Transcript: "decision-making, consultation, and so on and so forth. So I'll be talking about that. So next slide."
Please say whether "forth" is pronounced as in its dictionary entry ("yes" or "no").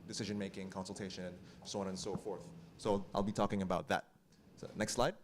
yes